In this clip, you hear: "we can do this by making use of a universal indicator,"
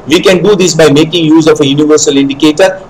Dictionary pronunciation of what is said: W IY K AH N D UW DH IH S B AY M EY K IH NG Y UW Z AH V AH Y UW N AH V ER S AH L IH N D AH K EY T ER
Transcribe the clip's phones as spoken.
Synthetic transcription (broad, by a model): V IY K AH N D UW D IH S B AY M EY K IH NG Y UW Z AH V AH Y UW N AH V ER S AH L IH N D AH K EY T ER